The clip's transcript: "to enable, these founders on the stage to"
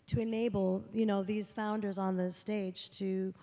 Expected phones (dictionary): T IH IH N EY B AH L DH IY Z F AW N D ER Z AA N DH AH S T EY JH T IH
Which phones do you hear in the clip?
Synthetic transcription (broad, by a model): T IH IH N EY B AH N DH IY Z F AW N D ER Z N DH AH S T EY JH T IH